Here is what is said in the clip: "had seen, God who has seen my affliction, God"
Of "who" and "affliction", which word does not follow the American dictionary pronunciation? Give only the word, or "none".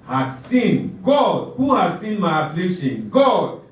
affliction